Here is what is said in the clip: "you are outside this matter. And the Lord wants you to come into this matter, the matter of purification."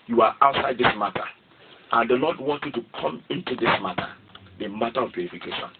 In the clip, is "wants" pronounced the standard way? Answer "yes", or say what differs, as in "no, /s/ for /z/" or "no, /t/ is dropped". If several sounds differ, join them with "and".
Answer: no, /s/ is dropped